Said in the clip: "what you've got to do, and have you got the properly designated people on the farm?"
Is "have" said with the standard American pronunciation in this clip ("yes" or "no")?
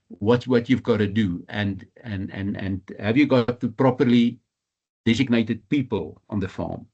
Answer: yes